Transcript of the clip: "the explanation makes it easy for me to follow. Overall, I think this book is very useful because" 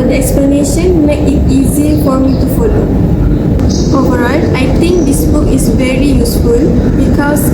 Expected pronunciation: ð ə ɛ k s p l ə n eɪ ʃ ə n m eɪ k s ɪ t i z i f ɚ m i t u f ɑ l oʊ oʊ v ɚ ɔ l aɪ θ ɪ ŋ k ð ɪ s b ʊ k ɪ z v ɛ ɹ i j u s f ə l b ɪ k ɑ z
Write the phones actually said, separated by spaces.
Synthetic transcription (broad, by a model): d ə ɛ k s p l ə n eɪ ʃ ə n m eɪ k ɪ t i z i f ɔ m i t u f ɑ l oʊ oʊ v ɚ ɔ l aɪ t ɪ ŋ k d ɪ s b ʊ k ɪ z v ɛ ɹ i j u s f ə l b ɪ k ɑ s